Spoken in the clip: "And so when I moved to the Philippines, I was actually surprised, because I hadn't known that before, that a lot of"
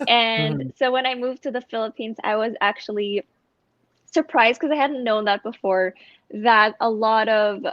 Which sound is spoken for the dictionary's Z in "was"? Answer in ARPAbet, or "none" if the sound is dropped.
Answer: Z